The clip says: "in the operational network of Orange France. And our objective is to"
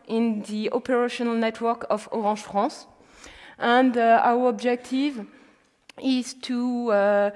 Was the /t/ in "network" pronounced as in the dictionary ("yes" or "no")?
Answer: yes